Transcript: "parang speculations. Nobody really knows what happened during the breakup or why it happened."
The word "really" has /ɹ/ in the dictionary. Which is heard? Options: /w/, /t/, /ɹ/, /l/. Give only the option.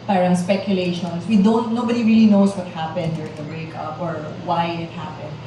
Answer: /ɹ/